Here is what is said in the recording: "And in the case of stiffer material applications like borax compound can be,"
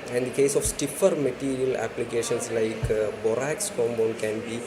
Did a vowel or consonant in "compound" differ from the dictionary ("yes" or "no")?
yes